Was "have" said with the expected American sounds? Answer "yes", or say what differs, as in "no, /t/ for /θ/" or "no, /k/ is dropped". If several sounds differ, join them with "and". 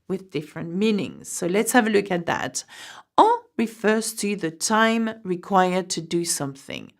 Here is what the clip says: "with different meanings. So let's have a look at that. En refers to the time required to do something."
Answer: yes